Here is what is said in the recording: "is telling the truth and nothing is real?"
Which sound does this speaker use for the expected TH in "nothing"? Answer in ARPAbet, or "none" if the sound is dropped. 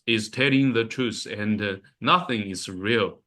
TH